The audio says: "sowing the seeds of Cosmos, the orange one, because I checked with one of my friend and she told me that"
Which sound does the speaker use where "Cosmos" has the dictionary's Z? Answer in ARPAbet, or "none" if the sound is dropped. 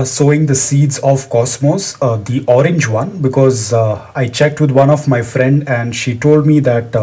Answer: S